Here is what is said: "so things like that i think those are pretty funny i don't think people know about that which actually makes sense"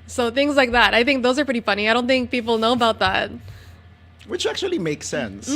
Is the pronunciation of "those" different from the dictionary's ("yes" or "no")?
no